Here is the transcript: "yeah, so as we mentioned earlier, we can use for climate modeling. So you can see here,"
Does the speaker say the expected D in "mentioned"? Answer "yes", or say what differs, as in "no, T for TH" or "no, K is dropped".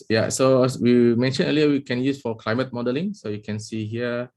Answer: no, D is dropped